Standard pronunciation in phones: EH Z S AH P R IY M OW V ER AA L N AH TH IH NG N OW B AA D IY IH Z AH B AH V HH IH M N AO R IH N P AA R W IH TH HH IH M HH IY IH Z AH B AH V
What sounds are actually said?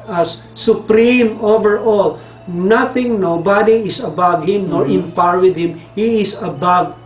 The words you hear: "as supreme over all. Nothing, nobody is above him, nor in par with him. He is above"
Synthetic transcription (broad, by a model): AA S AH P R IY M OW V ER AA L N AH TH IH NG N OW B AA D IY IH S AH B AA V HH IH M N AO R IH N P AA R W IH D HH IH M HH IY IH S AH B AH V